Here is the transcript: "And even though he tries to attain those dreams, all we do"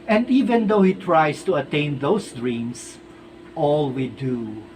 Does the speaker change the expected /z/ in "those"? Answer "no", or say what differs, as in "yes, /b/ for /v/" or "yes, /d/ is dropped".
yes, /s/ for /z/